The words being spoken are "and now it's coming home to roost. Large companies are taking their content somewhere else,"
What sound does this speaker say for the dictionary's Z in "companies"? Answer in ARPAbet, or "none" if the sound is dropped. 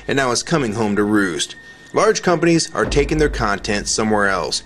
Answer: Z